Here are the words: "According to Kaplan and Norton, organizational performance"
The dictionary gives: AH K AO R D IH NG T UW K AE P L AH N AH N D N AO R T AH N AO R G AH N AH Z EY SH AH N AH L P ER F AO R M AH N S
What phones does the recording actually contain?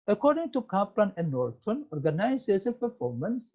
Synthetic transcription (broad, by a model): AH K AO R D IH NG T UW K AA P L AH N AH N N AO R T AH N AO R G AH N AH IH S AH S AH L P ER F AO R M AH N S